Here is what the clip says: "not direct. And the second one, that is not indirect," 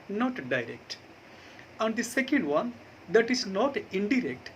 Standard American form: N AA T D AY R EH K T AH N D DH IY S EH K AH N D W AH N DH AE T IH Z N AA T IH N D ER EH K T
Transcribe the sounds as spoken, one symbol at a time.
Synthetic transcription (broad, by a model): N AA T D AY R EH K T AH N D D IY S EH K AH N D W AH N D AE T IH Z N AA T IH N D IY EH K T